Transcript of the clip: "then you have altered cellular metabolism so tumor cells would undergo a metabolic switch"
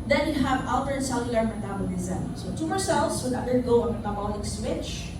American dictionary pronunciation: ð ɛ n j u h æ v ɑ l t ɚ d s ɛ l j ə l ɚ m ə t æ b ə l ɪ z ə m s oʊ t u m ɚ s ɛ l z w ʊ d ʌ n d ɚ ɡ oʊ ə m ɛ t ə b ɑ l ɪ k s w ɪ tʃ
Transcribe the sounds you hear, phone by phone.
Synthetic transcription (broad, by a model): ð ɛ n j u h æ v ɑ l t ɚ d s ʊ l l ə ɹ m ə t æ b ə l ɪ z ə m s oʊ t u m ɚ s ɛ l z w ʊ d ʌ d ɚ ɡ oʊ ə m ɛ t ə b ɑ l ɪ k s w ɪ tʃ